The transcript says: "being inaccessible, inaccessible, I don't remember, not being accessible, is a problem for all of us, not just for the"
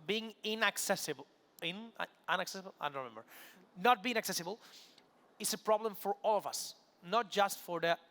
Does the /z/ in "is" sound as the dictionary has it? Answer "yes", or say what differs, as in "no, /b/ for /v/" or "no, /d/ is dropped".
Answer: no, /s/ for /z/